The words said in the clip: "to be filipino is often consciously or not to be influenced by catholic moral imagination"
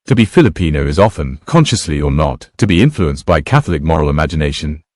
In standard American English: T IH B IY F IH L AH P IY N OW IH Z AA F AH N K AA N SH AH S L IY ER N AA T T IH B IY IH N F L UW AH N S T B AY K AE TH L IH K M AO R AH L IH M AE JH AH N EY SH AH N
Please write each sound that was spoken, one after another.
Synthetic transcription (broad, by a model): T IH B IY F IH L AH P IY N OW IH Z AA F AH N K AA N SH AH S L IY ER N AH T T IH B IY IH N F L UW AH N S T B AY K AE TH L IH K M AO R AH L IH M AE JH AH N EY SH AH N